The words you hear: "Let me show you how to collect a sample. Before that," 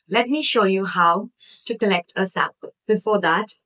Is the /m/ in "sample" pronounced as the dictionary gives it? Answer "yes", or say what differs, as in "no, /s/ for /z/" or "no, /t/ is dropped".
no, /m/ is dropped